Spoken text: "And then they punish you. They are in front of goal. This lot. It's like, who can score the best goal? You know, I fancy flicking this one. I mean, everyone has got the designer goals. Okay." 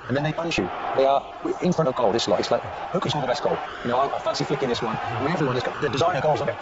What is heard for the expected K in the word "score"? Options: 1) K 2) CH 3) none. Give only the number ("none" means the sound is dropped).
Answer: 3